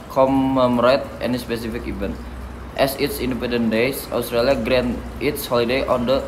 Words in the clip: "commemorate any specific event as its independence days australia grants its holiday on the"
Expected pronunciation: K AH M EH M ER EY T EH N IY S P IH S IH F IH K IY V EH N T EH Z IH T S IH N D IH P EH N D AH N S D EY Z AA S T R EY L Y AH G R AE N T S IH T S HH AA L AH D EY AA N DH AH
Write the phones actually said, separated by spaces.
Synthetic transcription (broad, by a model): K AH M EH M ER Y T EH N IY S P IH S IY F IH K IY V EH N T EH S IH T S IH N D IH P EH N D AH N D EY S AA S T R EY L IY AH G R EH N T IH T S HH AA L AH D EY AA N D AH